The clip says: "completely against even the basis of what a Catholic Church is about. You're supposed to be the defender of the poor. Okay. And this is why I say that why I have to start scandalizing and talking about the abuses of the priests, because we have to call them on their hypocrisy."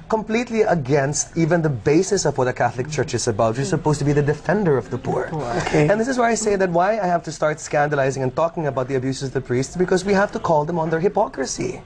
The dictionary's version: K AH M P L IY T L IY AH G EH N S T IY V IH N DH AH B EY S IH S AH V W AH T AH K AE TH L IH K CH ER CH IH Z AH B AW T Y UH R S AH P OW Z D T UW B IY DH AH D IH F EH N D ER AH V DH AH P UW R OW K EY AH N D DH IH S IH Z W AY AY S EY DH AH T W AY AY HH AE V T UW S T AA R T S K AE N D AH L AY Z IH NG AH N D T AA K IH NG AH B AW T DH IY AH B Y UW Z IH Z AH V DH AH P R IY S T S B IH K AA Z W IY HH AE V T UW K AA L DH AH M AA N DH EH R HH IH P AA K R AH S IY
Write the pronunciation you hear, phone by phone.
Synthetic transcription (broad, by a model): K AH M P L IY T L IY AH G EH N S T IY V IH N DH AH B EY S IH S AH V W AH T AH K AE TH L IH K CH ER CH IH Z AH B AW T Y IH S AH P OW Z T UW B IY DH AH D IH F EH N D ER AH V DH AH P UW R OW K EY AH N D DH IH S IH Z W AY AY S EY DH AH T W AY AY HH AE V T UW S T AA R T S K AE N D AH L AY Z IH NG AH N T AA K IH NG AH B AW T DH IY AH B Y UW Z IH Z AH V DH AH P R IY S T S B IH K AA Z W IY HH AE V T UW K AA L DH AH M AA N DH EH R HH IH P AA K R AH S IY